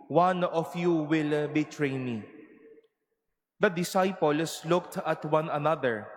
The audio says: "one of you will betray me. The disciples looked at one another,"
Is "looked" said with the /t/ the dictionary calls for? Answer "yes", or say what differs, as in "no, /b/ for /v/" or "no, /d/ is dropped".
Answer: yes